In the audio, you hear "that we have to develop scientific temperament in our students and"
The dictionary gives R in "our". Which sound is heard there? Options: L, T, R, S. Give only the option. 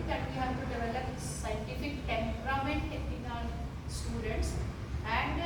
L